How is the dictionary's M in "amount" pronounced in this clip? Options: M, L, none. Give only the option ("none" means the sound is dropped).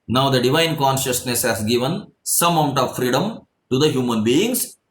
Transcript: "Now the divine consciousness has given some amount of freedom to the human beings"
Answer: none